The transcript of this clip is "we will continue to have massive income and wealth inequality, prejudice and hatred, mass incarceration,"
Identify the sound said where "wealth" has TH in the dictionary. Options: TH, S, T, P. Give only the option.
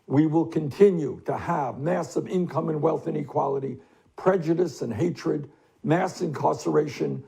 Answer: TH